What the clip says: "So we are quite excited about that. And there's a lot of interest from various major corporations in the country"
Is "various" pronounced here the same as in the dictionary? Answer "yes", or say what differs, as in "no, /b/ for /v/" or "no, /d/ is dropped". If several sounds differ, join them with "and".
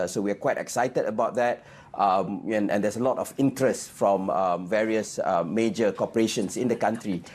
yes